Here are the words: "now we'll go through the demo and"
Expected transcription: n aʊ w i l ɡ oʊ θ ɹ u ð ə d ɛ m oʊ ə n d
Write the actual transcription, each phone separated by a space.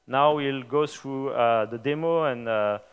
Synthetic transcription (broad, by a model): n aʊ w i l ɡ oʊ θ ɹ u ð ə d ɛ m oʊ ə n